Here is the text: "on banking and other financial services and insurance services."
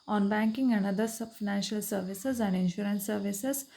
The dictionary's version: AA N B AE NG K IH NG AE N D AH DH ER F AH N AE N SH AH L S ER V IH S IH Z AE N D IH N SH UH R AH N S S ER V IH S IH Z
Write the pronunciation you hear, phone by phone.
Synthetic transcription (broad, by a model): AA N B AE NG K IH NG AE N D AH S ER F AH N AE N SH AH L S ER V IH S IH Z AE N D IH N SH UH R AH N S S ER V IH S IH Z